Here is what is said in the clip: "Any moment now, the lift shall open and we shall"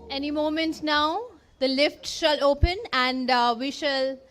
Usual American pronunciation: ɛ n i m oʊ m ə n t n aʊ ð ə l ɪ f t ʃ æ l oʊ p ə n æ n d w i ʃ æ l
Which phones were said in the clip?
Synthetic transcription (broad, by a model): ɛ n i m oʊ m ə n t n aʊ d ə l ɪ f t ʃ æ l oʊ p ə n æ n d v i ʃ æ l